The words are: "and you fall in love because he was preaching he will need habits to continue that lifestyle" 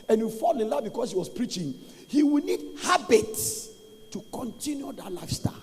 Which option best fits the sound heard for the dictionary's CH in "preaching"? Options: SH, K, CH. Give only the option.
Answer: CH